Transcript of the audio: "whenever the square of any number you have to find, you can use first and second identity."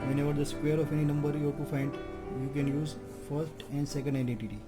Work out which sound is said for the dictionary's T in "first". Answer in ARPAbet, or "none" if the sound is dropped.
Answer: T